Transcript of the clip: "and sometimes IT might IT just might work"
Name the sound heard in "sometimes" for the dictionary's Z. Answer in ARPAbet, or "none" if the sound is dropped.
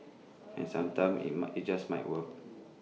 none